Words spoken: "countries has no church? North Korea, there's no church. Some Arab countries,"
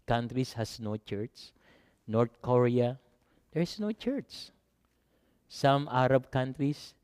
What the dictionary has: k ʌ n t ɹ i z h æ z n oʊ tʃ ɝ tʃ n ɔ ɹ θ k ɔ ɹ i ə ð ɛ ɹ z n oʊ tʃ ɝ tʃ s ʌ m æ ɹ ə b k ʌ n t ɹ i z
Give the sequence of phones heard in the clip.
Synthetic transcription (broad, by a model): k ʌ n t ɹ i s h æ s n oʊ tʃ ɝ s n ɔ ɹ t k ɔ ɹ i ə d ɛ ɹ s n oʊ tʃ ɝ s s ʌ m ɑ ɹ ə b k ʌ n t ɹ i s